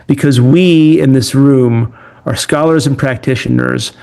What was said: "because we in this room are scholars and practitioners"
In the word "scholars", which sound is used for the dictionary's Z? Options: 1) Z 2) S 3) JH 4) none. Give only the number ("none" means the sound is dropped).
1